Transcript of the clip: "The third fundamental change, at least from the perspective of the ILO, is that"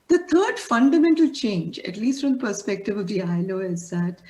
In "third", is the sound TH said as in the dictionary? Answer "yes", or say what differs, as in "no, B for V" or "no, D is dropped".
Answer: no, T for TH